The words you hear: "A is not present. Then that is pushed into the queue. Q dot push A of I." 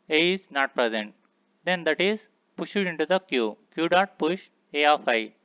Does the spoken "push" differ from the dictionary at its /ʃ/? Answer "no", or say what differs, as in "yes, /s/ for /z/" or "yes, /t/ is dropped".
no